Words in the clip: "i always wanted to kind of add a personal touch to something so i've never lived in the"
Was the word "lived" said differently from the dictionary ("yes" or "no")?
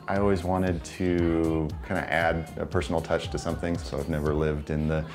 no